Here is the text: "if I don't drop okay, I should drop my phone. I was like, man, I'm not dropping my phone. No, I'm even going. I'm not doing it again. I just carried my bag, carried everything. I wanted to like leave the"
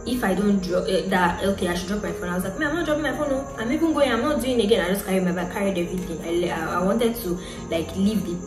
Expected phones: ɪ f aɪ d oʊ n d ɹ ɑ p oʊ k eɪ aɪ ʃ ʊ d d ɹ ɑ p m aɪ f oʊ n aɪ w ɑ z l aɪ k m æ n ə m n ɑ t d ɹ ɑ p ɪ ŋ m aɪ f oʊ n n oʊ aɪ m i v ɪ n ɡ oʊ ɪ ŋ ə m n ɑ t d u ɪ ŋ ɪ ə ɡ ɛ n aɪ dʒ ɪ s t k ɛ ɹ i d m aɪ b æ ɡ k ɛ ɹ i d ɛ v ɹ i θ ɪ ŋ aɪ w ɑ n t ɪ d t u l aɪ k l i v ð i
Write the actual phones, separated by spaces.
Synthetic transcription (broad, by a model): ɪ f aɪ d oʊ n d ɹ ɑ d oʊ k eɪ aɪ ʃ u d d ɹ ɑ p m aɪ f oʊ n aɪ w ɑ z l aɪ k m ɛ ə m n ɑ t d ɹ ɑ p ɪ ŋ m aɪ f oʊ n n oʊ aɪ m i b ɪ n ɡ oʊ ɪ ə m n ɑ t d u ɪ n ɪ ɡ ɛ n aɪ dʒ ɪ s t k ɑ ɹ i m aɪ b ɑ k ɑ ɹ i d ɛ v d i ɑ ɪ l aɪ w ɑ n t ɪ d t u l aɪ k l i v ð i